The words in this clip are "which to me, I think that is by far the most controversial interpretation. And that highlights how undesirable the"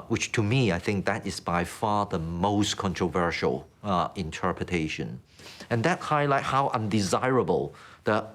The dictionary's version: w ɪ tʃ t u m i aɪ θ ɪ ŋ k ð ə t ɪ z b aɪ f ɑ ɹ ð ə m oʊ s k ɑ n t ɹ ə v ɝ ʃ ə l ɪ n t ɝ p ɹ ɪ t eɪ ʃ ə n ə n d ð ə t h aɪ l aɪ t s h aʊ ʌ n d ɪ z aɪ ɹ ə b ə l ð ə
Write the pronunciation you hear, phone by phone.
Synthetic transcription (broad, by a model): w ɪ tʃ t u m i aɪ θ ɪ ŋ k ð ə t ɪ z b aɪ f ɑ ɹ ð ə m oʊ s k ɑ n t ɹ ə v ɝ ʃ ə l ɪ n t ɝ p ɹ ɪ t eɪ ʃ ə n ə n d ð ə t h aɪ l aɪ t h aʊ ʌ n d ɪ z aɪ ɹ ə b ə l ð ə